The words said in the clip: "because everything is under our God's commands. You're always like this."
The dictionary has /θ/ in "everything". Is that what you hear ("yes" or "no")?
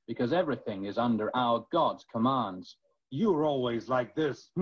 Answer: yes